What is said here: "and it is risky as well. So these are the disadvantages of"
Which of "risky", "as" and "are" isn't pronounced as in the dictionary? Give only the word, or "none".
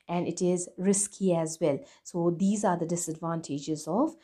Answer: none